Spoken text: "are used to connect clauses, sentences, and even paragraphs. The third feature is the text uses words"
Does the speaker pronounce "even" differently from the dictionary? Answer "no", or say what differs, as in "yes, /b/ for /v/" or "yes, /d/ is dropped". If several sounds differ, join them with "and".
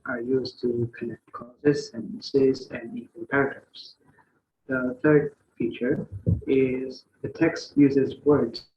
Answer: yes, /w/ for /v/ and /l/ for /n/